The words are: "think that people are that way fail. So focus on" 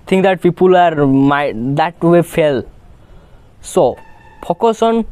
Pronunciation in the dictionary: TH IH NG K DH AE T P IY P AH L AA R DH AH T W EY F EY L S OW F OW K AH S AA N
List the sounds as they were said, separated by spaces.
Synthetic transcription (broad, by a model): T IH NG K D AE T P IY P AH L AA R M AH T W EY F EY L S OW P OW K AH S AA N